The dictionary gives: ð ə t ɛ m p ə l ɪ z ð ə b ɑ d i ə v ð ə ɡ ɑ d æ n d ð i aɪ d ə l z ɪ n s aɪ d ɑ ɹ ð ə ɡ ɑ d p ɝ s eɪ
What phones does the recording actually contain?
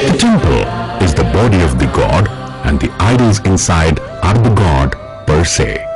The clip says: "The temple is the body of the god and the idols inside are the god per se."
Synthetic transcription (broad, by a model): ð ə t ɛ m p ə l ɪ z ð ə b ɑ d i ə v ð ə ɡ ɑ d æ n d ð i aɪ d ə l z ɪ n s aɪ d ɑ ɹ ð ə ɡ ɑ d p ɝ s eɪ